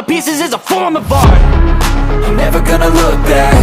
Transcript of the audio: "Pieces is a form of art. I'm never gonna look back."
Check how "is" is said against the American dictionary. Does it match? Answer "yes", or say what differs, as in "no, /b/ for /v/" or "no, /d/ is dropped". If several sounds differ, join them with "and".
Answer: yes